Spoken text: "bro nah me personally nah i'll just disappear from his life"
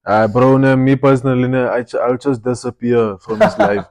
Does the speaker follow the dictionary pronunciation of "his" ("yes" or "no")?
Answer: no